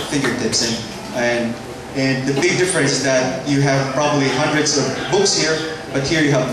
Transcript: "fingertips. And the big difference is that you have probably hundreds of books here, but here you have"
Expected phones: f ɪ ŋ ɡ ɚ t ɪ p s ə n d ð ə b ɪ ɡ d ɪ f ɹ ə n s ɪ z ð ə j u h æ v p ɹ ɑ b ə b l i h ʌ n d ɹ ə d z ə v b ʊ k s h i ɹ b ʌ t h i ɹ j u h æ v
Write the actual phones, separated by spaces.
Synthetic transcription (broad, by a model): f ɪ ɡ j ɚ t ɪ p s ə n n ð ə b ɪ ɡ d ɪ f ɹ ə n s ɪ z ð ə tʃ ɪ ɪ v p ɹ ɑ b ə b l i h ʌ n d ɹ ə d z ə v b ʊ k s h i ɹ b ʌ t h i ɹ j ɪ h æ v